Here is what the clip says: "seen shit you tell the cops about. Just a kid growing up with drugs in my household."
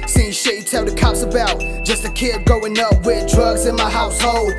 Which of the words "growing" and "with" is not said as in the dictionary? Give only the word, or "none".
growing